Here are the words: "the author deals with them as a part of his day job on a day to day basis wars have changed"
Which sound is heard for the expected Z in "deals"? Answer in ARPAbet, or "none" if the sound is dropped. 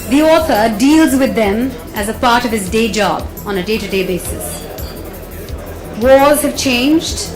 Z